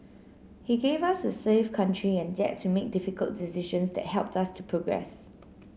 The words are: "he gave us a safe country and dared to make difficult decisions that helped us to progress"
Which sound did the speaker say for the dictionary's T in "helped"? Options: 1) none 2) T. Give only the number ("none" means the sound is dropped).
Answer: 2